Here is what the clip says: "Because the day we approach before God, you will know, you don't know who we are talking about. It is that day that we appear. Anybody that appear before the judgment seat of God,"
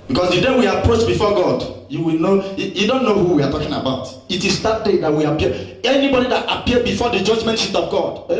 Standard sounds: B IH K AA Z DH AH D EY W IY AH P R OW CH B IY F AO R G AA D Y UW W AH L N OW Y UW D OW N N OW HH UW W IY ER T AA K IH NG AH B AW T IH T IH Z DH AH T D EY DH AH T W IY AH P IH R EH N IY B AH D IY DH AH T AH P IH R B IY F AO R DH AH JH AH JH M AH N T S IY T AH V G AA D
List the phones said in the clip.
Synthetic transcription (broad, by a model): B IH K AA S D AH D EY W IY AH P R OW CH B IY F AO G AA D Y UW W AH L N OW Y UW D OW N N OW HH UW W IY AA T AA K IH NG AH B AW T IH T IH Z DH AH T D EY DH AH T W IY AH P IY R EH N IY B AH D IY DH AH T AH P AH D B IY F AO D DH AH JH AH JH M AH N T SH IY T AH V G AA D